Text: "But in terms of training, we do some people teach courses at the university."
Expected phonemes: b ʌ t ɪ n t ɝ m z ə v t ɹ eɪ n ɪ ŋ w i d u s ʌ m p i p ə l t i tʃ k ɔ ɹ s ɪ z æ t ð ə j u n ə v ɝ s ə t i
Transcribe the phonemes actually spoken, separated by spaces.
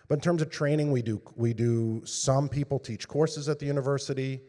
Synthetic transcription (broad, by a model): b ʌ t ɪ n t ɝ m z ə v t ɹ eɪ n ɪ ŋ w i d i s ʌ m p i p l t i tʃ k ɔ ɹ s ɪ z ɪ t ð ə j u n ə v ɝ s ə t i